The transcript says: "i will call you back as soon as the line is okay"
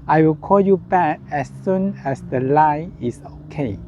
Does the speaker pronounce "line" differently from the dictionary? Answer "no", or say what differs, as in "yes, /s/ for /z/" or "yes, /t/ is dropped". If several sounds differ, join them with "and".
yes, /n/ is dropped